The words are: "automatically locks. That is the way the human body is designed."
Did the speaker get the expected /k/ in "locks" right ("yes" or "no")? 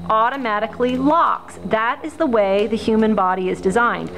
yes